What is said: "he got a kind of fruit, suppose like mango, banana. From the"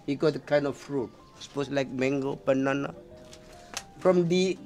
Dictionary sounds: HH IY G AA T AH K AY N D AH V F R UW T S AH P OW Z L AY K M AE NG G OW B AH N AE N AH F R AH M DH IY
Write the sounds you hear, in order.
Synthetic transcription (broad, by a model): HH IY G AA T AH K AY N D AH F F R UW T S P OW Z L AY K M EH NG G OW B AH N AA N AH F R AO M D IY